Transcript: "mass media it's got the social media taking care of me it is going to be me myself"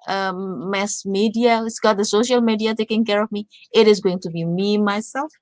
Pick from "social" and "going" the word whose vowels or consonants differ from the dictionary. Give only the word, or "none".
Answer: none